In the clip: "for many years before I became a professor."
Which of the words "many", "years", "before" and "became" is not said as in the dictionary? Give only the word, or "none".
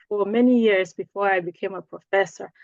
none